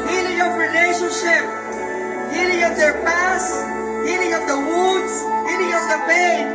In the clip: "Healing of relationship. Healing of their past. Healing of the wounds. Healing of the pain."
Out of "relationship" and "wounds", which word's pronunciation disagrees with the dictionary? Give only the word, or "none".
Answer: wounds